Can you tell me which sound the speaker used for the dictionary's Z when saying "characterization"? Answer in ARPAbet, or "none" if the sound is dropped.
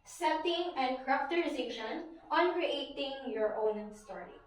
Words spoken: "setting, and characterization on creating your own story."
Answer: S